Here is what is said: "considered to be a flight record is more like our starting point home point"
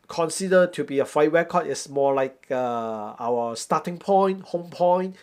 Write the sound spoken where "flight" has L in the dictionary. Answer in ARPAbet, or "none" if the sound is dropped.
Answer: none